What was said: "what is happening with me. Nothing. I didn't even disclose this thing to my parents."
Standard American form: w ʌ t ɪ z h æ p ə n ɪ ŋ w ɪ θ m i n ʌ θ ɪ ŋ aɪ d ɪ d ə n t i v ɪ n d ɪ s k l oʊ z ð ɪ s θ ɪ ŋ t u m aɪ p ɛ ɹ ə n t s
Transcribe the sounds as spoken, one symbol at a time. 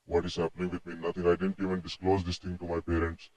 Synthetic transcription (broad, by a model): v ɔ t ɪ z h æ p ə n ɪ ŋ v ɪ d m i n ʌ t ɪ ŋ aɪ d ɪ d ə n t i v ɪ n d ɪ s k l oʊ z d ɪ s t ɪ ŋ t u m aɪ p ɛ ɹ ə n t s